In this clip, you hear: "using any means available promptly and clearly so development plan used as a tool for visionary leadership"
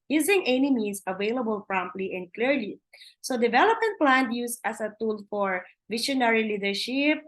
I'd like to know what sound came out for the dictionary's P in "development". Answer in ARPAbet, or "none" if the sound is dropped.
P